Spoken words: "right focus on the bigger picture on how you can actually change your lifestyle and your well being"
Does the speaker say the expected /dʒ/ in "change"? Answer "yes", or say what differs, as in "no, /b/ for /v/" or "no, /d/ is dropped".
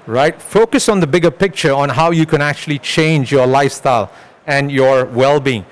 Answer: yes